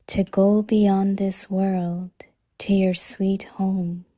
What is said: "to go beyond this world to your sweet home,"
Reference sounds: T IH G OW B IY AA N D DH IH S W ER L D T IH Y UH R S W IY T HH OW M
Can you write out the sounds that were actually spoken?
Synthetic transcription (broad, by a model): T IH G OW B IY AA N DH IH S W ER L D T IH Y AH R S W IY T HH OW M